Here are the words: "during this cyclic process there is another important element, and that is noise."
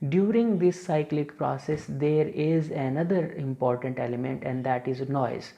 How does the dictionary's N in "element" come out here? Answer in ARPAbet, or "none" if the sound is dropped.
N